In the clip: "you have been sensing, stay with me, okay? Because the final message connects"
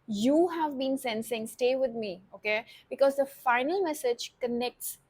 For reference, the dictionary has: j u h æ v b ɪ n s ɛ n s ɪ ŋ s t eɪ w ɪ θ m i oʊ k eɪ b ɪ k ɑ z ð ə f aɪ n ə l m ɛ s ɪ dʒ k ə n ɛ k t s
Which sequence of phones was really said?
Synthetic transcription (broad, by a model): j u h æ v b ɪ n s ɛ n s ɪ ŋ s t eɪ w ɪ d m i oʊ k eɪ b ɪ k ɑ z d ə f aɪ n ə l m ɛ s ɪ dʒ k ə n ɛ k t s